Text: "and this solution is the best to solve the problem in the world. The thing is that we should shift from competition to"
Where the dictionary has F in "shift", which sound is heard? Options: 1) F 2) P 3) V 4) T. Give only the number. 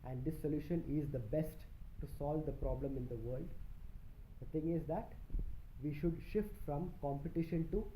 1